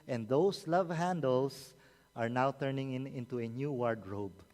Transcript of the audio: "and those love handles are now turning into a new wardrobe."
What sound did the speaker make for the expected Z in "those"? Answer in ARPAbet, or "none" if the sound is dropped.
S